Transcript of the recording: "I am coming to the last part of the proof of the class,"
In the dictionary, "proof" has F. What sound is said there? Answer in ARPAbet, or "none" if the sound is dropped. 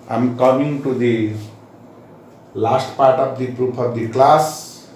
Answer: P